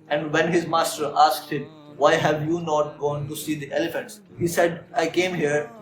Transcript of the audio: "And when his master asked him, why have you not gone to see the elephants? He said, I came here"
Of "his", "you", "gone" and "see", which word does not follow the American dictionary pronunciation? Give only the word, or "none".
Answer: none